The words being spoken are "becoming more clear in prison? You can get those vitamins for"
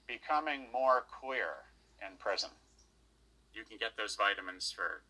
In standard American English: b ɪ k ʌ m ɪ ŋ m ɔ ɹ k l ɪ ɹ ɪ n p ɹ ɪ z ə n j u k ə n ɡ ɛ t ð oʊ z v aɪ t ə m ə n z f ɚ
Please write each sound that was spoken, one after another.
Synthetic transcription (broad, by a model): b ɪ k ʌ m ɪ ŋ m ɔ ɹ k w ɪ ɹ ɪ n p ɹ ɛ z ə n j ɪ k n ɡ ɛ t ð oʊ z v aɪ t ə m ə n z f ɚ